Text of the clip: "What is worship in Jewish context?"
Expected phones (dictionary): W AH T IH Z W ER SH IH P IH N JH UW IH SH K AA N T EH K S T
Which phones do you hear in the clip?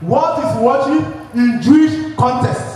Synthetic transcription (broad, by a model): W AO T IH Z W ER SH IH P IH N JH UW IH SH K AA N T EH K S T